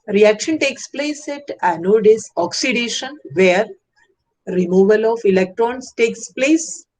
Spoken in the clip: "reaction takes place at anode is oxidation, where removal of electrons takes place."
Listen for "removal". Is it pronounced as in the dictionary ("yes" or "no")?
yes